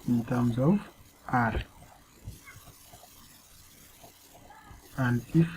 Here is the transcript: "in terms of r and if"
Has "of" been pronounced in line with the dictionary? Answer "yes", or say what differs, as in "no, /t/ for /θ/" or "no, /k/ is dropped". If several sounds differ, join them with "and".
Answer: no, /w/ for /v/